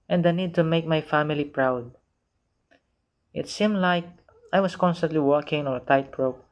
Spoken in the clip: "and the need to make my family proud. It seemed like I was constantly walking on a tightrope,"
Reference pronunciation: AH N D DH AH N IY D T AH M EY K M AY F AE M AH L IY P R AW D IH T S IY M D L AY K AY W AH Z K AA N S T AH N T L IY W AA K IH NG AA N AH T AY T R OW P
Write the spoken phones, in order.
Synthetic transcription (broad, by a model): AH N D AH N IY D T AH M EY K M AY F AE M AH L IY P R AW D IH T S IY M D L AY K AY W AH S K AA N S T AH N T L IY W AA K IH NG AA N AH T AY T R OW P